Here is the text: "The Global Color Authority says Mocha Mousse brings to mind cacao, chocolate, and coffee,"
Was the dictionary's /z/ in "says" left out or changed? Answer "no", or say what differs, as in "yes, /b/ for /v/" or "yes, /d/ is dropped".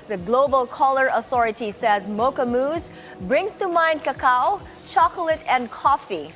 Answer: no